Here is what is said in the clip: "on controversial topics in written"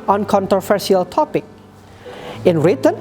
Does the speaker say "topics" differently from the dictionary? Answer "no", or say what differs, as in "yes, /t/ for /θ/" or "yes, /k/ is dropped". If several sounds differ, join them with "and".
yes, /s/ is dropped